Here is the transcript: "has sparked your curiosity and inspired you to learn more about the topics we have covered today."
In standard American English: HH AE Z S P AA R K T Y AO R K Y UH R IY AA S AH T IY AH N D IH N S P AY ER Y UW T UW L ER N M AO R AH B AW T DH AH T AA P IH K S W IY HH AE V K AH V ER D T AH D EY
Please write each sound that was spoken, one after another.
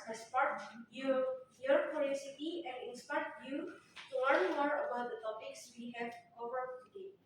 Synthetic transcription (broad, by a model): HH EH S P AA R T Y Y AO R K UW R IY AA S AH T IY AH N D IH N S P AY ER Y UW T UW W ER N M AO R AH B AW T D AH T AA P IH K S W IY HH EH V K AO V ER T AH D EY